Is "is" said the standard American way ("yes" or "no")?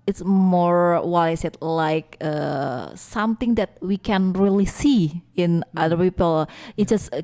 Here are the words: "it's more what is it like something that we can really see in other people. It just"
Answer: no